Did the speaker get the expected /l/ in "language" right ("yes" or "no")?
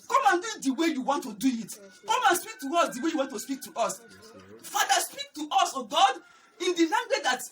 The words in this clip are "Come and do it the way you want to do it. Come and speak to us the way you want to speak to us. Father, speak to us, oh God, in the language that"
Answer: no